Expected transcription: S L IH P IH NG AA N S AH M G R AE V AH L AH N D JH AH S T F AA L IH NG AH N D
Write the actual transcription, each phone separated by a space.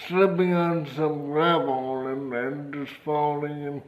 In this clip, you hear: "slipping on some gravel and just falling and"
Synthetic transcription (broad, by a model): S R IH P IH NG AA N S AH M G R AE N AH N AH N D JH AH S F AA L IH NG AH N